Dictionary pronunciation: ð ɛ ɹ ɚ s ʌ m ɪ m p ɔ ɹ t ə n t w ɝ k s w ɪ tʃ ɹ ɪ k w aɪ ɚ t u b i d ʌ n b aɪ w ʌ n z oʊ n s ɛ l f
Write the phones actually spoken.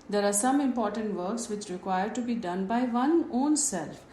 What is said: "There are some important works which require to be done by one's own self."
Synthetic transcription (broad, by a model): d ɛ ɹ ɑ s ʌ m ɪ m p ɔ ɹ t ə n t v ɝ k s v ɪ tʃ ɹ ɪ k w aɪ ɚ t u b i d ʌ n b aɪ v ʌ n oʊ n s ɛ l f